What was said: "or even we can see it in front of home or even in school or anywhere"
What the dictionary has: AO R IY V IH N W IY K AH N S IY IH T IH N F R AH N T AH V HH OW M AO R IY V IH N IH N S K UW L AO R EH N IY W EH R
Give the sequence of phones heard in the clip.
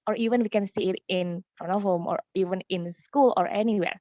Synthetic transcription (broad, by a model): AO R IY V IH N W IY K AH N S IY IH T IH N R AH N AH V HH OW M AO R IY V IH N IH N S K UW L AO R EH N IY W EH R